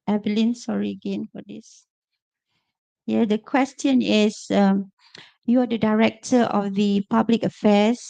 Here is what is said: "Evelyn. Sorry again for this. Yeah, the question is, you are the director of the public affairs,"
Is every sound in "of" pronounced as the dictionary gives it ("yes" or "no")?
no